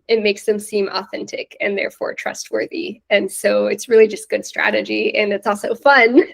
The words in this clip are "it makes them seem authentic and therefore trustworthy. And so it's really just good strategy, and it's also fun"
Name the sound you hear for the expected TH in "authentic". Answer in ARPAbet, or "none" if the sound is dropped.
TH